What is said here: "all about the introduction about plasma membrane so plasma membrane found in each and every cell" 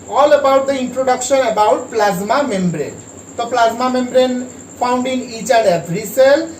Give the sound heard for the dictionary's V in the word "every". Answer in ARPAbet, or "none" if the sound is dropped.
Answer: B